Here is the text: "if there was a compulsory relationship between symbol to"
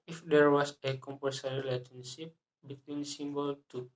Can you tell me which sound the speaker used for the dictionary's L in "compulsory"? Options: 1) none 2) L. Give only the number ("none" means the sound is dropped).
1